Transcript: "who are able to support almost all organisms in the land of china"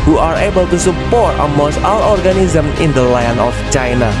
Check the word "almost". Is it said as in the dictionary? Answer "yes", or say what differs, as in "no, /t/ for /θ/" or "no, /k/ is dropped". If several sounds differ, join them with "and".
no, /l/ is dropped